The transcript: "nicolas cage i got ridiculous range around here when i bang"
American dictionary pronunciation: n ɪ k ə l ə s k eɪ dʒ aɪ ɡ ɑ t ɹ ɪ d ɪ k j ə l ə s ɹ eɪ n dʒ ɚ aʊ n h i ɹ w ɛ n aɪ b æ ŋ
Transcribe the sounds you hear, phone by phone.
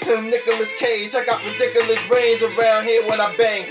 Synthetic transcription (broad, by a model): n ɪ k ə l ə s k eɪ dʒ aɪ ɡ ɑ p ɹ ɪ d ɪ k j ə l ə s ɹ eɪ n z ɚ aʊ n h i w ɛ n aɪ b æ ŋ